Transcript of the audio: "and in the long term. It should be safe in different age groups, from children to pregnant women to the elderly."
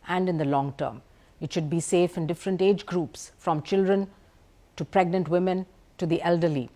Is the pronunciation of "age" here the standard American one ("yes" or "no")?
yes